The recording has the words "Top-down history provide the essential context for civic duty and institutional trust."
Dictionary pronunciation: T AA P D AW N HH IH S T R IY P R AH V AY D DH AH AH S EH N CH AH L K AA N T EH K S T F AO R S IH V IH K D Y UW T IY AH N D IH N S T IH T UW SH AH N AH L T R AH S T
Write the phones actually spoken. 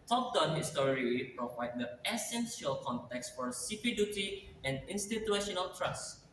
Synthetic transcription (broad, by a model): T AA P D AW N HH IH S T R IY P R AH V AY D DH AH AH S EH N S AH L K AA N T EH K S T F AO R S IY P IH D Y UW T IY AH N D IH N S T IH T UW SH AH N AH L T R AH S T